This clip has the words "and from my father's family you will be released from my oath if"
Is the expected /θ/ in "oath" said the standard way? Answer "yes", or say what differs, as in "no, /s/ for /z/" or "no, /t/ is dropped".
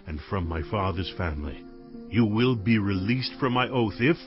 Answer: yes